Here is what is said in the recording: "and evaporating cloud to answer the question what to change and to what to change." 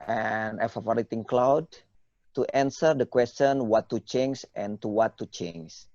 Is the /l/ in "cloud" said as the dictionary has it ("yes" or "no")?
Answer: yes